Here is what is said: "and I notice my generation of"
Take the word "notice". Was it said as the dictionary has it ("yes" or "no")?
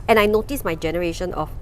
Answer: yes